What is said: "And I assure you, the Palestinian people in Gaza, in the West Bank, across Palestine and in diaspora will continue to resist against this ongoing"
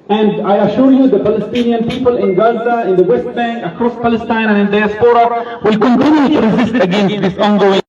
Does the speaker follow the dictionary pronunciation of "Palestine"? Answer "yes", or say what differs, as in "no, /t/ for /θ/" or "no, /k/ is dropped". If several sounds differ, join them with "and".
yes